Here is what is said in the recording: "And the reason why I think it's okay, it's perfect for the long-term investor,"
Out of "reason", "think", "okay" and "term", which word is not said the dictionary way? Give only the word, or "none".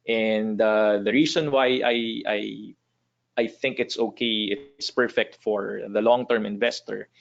reason